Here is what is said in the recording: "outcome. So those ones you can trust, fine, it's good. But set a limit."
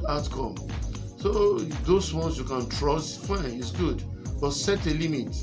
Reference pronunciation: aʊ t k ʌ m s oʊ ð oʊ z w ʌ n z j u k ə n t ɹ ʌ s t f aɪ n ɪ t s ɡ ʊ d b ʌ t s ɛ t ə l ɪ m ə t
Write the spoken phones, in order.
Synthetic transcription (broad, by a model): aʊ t k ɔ m s oʊ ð oʊ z w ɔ n s j u k ə n t ɹ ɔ s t f aɪ n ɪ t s ɡ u d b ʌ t s ɛ t ə l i m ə t